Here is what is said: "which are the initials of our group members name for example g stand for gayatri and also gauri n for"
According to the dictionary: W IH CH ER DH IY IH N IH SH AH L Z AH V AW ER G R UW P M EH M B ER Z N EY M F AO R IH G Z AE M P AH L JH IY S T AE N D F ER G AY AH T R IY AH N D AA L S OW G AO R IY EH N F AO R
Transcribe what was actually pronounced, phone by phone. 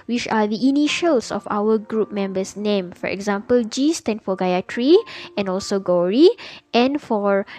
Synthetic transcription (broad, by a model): W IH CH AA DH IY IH N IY SH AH L S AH F AW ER G R UW P M EH M B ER S N EY M F AO R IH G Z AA M P AH L JH IY S T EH N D F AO G AY AH T R IY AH N AA L S OW G AO R IY EH N F AO R